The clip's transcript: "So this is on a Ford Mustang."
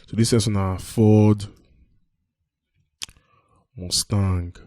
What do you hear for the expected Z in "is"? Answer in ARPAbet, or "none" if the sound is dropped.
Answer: S